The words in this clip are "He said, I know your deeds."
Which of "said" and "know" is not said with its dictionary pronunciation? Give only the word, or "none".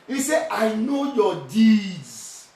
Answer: said